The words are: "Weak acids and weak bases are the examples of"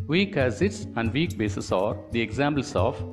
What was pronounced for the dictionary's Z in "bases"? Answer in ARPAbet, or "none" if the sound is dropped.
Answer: S